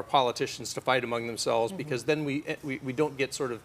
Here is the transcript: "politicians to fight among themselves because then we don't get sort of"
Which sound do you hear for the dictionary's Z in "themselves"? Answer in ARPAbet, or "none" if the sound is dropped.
Z